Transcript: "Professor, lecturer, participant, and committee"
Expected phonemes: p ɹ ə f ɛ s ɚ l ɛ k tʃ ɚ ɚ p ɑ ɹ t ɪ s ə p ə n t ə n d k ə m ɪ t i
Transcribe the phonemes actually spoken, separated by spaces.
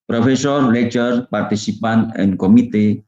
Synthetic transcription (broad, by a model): p ɹ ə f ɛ s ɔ l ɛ tʃ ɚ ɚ p ɑ ɹ t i s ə p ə n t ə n k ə m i t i